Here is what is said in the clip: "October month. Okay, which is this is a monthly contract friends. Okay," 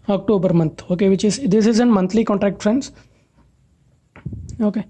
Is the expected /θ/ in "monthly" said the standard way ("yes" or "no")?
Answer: no